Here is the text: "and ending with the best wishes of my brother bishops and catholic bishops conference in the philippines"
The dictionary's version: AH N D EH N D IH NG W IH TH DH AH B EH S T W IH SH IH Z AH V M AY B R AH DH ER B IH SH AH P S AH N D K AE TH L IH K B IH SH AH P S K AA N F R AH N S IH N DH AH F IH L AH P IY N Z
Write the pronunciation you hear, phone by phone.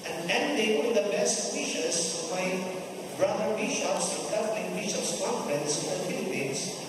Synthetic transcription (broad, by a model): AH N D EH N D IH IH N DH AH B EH S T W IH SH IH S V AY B R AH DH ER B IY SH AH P S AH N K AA F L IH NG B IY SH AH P S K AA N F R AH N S IH N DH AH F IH L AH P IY N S